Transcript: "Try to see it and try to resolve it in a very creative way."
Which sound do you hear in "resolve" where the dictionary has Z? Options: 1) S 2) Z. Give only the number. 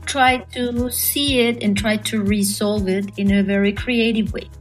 1